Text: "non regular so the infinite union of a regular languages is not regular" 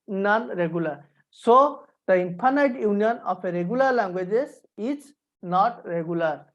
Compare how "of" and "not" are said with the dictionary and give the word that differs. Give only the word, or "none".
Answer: of